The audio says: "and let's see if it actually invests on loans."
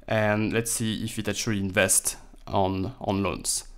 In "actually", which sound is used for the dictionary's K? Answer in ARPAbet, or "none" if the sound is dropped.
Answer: none